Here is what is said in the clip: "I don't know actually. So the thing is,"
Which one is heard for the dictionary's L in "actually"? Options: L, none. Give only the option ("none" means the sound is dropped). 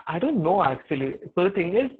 none